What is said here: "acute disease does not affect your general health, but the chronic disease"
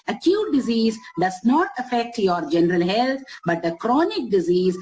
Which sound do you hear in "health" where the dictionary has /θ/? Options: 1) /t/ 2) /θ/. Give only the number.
1